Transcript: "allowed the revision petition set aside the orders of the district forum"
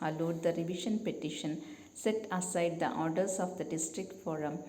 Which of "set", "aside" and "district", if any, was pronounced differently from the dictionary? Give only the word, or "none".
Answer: none